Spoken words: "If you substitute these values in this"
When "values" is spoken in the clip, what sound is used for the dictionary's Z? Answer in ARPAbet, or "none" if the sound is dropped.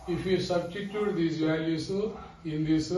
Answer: none